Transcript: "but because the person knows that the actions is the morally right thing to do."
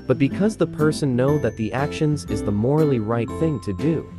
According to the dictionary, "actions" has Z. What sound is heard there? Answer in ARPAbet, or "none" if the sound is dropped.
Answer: Z